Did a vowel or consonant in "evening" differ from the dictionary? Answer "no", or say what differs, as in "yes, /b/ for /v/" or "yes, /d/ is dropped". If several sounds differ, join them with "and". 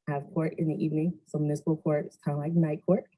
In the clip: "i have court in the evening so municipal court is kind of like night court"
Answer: no